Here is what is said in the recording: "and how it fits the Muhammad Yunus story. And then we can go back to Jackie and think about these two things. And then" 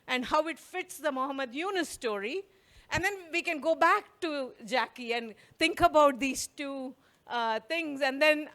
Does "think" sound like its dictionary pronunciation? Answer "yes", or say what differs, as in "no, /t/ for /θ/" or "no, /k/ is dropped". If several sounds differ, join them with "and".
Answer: no, /t/ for /θ/